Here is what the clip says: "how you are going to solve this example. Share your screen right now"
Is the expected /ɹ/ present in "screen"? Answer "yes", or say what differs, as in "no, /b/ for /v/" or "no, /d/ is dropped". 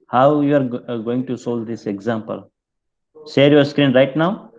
yes